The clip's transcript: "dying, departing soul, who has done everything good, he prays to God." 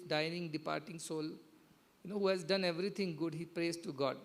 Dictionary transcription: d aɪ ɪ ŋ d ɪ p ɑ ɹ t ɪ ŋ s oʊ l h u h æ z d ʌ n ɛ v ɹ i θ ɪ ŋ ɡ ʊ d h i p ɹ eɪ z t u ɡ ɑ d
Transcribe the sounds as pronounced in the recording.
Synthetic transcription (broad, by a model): d aɪ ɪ ŋ d ɪ p ɑ ɹ t ɪ ŋ s oʊ l h u h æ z d ʌ n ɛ v ɹ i t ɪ ŋ ɡ ʊ d h i p ɹ eɪ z t u ɡ ɑ d